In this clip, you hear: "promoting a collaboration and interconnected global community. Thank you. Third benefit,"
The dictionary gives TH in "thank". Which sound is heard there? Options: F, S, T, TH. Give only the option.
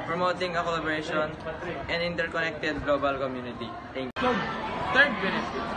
T